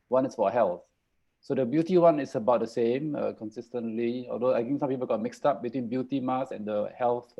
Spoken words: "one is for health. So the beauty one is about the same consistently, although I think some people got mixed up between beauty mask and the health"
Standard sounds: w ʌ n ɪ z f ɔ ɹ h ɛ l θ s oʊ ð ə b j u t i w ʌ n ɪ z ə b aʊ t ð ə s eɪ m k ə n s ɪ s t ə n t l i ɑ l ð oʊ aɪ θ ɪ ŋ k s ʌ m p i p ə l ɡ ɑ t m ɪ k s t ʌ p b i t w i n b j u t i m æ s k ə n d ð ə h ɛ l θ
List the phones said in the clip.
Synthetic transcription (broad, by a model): w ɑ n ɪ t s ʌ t h ɛ l θ s oʊ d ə b j u t i w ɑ n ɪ s ə b aʊ t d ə s eɪ m k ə n s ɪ s t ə n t l i ɑ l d oʊ aɪ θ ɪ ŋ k s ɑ m p i p ə l ɡ ɑ t m ɪ k s t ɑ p b i t w i n b j u t i m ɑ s ə n d ə h ɛ l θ